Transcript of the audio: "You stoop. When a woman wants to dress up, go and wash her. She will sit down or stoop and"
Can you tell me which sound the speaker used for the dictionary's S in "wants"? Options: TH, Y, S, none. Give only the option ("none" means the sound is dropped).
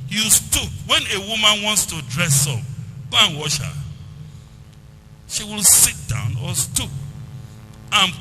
S